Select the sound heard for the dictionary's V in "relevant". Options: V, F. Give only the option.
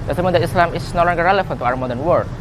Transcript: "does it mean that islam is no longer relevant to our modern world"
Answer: F